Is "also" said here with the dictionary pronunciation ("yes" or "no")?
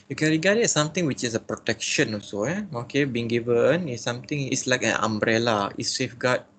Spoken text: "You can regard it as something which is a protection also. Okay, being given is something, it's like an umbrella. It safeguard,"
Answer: no